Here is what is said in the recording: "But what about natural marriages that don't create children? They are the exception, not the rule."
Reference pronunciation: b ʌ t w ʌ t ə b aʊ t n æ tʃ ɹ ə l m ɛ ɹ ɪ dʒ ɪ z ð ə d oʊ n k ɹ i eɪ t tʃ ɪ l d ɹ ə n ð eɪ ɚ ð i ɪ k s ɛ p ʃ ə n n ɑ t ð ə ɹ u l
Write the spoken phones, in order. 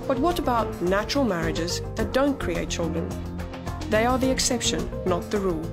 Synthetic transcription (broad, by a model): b ʌ t w ʌ t ə b aʊ t n æ tʃ ɹ ə l m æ ɹ ɪ dʒ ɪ z ð ə d oʊ n k ɹ i eɪ t tʃ ɪ l d ɹ ə n ð eɪ ɚ ð i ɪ k s ɛ p ʃ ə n n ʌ t ð ə ɹ u l